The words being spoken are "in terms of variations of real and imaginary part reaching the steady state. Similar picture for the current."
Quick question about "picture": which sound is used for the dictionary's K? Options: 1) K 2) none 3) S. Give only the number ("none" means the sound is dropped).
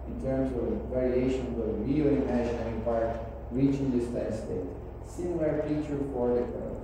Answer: 2